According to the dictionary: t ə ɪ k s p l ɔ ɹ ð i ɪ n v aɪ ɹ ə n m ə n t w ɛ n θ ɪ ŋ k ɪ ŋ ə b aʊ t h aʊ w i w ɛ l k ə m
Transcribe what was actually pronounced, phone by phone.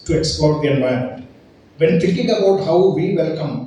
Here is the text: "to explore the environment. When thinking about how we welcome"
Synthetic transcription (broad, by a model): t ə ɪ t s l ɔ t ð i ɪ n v aɪ ə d m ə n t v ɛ n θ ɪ ŋ k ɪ ŋ ə b aʊ t h aʊ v i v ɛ l k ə m